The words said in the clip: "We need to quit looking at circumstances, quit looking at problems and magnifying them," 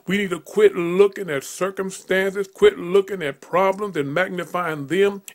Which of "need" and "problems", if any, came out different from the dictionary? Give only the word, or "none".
none